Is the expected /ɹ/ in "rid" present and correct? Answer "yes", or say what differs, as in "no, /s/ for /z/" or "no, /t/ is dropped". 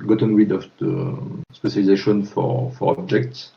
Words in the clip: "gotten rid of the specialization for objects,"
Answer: no, /w/ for /ɹ/